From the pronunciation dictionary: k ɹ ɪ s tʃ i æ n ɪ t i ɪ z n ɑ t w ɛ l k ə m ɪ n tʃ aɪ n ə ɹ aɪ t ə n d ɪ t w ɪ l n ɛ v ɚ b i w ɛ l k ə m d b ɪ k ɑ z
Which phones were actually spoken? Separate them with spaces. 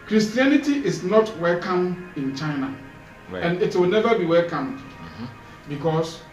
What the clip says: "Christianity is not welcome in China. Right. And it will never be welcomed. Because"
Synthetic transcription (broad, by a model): k ɹ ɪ s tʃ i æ n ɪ t i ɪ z n ɑ t w ɛ l k ə m ɪ n tʃ aɪ n ə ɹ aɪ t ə n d ɪ t w ɪ l n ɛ v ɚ b i w ɛ l k ə m d b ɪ k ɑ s